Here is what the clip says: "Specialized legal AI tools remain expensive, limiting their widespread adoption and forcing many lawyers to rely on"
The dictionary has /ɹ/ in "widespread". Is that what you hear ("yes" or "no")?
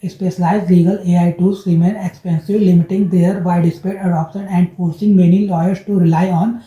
no